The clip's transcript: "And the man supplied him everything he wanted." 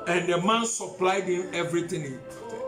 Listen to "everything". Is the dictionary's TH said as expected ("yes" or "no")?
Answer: no